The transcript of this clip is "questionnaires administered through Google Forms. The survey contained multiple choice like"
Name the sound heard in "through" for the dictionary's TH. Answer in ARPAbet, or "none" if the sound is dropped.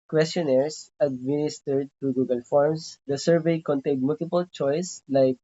T